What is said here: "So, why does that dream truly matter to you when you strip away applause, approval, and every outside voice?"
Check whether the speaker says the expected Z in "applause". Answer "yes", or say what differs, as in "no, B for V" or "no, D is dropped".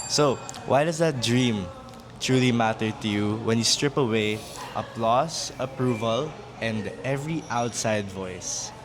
no, S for Z